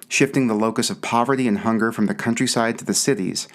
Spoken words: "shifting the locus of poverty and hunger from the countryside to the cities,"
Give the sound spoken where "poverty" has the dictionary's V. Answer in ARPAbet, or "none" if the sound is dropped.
V